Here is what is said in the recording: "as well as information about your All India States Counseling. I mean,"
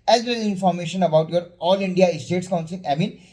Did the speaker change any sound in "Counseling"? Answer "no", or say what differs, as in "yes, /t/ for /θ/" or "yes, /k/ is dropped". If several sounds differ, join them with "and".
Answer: yes, /l/ is dropped